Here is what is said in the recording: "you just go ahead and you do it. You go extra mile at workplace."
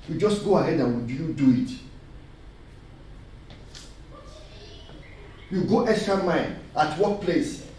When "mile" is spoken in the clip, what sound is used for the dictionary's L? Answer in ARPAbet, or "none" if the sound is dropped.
N